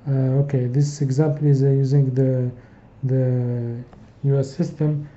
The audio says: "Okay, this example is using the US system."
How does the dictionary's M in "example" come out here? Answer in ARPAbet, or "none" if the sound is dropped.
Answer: M